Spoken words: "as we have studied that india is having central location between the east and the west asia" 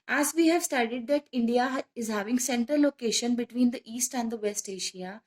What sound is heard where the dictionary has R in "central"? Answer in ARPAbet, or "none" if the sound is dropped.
none